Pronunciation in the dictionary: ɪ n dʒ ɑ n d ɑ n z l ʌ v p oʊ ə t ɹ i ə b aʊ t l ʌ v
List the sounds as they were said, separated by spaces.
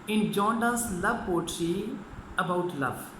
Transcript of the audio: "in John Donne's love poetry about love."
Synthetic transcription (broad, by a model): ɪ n dʒ ɑ n d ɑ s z l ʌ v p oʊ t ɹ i ə b aʊ t l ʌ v